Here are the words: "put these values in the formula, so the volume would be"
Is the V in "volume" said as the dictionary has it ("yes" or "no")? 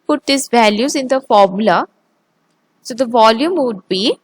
yes